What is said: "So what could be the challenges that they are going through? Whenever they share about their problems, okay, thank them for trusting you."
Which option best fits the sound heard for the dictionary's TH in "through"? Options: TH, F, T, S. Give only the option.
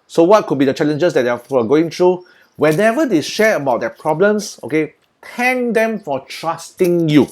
T